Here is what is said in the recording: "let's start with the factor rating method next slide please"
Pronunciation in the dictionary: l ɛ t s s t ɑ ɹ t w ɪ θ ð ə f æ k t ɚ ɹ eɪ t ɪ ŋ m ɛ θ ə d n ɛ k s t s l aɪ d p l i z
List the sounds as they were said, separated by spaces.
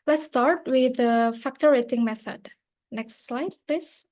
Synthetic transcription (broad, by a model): l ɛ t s s t ɑ ɹ t w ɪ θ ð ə f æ k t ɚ ɹ eɪ t ɪ ŋ m ɛ θ ə d n ɛ k s t s l aɪ d p l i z